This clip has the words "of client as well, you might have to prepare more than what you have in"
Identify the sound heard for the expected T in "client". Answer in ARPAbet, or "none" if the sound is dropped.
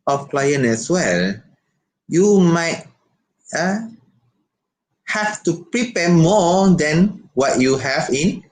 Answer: none